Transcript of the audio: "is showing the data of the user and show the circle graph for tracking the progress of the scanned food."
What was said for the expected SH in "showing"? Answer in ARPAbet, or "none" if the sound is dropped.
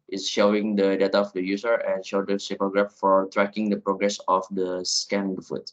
SH